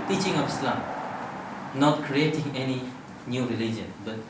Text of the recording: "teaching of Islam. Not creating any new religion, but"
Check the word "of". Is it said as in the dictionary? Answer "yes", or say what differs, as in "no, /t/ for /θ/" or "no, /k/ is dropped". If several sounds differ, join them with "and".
no, /p/ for /v/